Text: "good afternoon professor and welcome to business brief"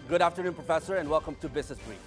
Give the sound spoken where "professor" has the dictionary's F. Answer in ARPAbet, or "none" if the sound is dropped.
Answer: F